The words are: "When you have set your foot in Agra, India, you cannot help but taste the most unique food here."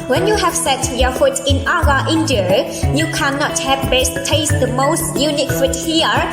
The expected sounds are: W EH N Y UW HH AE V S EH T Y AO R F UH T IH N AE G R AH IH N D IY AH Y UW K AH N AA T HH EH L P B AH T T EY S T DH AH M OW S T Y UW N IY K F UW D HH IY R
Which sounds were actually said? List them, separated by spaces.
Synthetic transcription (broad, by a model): W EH N Y UW HH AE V S EH T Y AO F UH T IH N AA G AH IH N D IY AH Y UW K AH N AA T HH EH P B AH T T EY S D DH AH M OW S T Y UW N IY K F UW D HH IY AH